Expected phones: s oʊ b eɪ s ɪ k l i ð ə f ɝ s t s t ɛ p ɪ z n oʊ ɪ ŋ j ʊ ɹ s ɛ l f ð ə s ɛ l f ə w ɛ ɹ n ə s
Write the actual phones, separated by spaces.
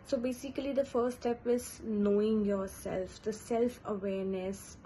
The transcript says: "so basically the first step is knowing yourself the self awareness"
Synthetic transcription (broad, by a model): s oʊ b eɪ s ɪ k l i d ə f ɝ t s t ɛ p ɪ z n oʊ ɪ ŋ j ʊ ɹ s ɛ l f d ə s ɛ l f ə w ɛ ɹ n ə s